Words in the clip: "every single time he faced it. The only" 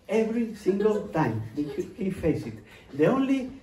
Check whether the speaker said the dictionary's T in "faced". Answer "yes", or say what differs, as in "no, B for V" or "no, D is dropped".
no, T is dropped